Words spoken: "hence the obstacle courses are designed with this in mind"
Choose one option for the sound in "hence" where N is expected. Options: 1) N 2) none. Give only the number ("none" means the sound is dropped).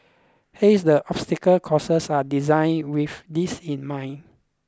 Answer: 2